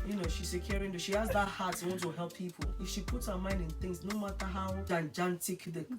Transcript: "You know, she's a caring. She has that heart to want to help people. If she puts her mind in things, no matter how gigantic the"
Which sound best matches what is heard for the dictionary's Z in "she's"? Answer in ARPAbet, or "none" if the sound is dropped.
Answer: S